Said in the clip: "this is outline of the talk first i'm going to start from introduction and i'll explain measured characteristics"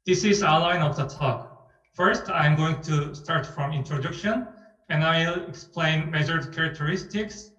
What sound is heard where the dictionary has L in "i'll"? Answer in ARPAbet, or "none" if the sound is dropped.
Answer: L